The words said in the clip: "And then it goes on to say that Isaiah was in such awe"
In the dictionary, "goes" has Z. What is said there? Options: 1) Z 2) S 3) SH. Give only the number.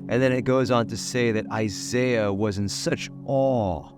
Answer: 1